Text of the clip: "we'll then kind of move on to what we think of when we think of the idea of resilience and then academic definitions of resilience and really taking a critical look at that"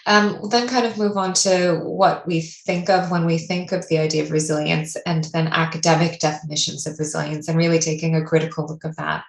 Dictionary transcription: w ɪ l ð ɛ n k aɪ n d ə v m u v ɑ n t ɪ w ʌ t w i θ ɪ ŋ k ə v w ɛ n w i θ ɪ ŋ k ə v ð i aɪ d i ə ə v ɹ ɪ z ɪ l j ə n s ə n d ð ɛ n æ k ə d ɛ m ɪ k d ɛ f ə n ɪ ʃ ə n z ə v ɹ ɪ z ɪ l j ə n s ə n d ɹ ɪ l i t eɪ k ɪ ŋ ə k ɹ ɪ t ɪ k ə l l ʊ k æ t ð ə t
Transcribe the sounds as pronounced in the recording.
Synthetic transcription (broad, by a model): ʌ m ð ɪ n k aɪ n d ə v m u v n t ɪ w ʌ t w i θ ɪ ŋ k ə v w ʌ n w i θ ɪ ŋ k ə v ð i aɪ d i ə ə v ɹ ɪ z ɪ l j ə n s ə n ð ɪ n æ k ə d ɛ m ɪ k d ɛ f ə n ɪ ʃ ə n z ə v ɹ ɪ z ɪ l j ə n s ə n ɹ ɪ l i t eɪ k ɪ ŋ ə k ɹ ɪ t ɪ k l l ʊ k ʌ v ð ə t